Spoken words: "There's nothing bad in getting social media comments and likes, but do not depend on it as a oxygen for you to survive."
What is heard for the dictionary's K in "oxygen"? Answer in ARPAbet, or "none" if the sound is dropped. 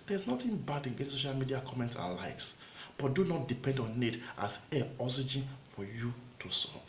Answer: none